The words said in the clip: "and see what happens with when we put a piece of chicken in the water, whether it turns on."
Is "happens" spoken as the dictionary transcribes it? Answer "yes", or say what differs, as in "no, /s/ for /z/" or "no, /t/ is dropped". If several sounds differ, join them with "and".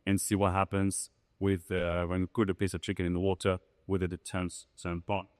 yes